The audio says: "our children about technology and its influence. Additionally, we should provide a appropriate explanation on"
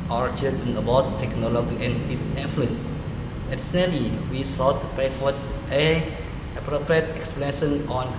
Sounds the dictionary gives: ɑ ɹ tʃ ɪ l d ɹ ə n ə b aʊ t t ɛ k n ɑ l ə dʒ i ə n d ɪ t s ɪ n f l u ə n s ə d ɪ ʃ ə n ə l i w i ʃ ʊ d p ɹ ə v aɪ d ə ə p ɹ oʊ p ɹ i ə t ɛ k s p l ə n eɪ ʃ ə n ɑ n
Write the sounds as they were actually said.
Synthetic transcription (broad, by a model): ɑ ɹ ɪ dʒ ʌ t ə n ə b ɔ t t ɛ k n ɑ l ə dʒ i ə n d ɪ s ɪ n f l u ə n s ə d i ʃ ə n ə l i w i s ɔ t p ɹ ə f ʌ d ə ə p ɹ oʊ p ɹ i ə t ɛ k s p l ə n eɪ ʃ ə n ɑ n